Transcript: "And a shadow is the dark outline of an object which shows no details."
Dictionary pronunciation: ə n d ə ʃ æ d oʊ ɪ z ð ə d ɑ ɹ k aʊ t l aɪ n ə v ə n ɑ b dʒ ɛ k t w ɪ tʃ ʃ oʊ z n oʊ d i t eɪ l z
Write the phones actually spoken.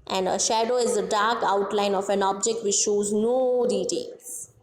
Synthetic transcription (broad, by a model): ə n d ə ʃ æ d oʊ ɪ z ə d ɑ ɹ k aʊ t l aɪ n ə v ə n ɑ b dʒ ɛ k t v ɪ tʃ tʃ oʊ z n oʊ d i t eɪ l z